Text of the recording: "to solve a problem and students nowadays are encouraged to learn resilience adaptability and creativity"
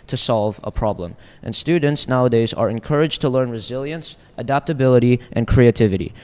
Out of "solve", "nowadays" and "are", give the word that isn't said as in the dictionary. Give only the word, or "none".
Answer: none